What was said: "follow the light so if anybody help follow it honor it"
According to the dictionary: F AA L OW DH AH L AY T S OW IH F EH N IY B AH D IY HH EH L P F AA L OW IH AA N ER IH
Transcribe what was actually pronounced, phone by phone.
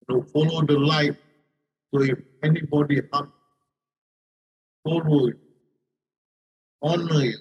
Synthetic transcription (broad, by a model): F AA L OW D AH L AY T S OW IH F EH N IY B AH D IY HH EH P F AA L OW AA N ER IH